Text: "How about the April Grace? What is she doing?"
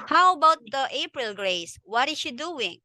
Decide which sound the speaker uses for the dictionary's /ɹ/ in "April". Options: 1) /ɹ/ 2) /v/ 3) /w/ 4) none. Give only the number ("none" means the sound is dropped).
1